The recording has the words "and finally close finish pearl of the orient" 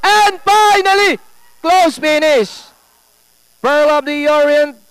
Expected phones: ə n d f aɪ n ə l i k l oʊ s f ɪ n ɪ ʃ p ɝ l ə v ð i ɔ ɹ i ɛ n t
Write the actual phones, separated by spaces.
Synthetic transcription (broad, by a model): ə n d f aɪ n ə l i k l oʊ s p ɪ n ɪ s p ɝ l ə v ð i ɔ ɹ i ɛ n